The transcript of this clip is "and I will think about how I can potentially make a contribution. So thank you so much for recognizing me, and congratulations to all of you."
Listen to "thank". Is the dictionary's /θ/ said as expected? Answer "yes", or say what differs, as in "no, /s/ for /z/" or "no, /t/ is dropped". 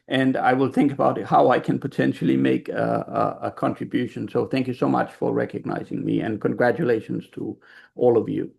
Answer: yes